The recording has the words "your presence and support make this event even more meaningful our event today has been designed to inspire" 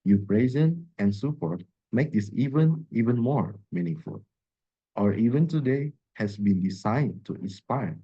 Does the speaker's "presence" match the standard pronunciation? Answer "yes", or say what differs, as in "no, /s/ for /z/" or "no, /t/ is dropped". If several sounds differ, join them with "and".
no, /s/ is dropped